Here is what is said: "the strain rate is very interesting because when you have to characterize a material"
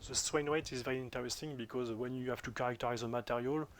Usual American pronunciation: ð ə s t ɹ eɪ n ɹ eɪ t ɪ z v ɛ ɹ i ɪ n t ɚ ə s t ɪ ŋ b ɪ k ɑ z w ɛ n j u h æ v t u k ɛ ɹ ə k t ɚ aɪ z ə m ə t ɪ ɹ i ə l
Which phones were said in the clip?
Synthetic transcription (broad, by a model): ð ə s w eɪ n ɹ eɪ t ɪ z v ɛ ɹ i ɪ n t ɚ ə s t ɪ ŋ b ɪ k ɑ z w ɛ n j u h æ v t u k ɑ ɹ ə k t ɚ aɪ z ə m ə t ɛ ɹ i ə l